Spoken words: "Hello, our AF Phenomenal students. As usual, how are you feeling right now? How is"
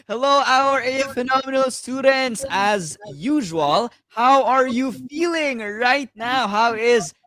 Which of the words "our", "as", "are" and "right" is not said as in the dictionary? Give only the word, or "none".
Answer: none